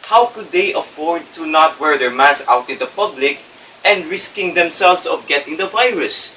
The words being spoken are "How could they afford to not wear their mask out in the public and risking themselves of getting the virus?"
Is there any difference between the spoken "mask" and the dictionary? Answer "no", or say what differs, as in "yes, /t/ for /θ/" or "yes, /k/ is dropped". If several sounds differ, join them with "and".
yes, /k/ is dropped